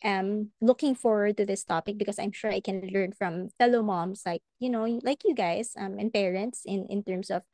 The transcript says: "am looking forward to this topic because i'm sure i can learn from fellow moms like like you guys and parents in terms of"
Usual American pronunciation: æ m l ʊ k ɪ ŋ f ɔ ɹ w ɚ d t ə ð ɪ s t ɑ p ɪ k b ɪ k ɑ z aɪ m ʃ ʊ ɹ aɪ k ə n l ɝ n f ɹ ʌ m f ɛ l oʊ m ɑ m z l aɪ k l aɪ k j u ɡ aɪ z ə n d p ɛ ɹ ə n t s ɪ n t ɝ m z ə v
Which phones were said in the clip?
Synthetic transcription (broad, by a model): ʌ m l ʊ k ɪ ŋ f ɔ ɹ w ɚ d t ə ð ɪ s t ɑ p ɪ k b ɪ k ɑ s aɪ m ʃ ʊ ɹ aɪ k ə n l ɝ n f ɹ ʌ m f ɛ l oʊ m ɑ m s l aɪ k l aɪ k j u ɡ aɪ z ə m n p ɛ ɹ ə n t s ɪ n t ɝ m s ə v